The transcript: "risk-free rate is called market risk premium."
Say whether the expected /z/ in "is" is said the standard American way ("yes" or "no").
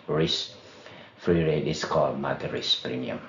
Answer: no